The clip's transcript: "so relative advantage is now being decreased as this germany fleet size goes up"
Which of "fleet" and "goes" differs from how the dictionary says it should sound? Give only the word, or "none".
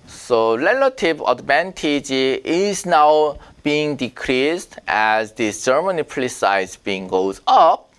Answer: fleet